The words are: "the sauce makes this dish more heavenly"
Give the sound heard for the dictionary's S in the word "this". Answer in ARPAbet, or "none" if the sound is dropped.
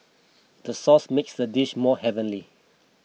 none